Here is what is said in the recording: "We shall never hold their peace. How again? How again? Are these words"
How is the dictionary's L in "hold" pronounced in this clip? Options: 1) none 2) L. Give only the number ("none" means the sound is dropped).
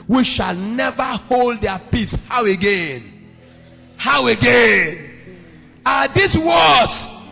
2